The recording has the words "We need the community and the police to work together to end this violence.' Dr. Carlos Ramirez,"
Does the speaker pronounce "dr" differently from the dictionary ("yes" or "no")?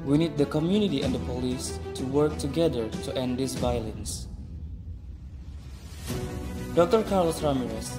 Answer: no